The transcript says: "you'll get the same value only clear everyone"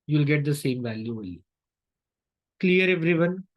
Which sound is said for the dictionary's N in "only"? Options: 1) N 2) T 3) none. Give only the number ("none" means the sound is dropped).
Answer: 3